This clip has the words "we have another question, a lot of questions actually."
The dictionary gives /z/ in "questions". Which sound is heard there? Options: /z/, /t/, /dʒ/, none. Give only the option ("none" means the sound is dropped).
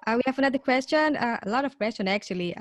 none